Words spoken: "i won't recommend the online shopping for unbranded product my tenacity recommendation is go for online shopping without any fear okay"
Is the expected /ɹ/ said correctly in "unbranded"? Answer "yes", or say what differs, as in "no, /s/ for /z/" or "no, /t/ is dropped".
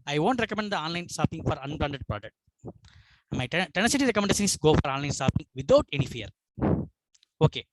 no, /l/ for /ɹ/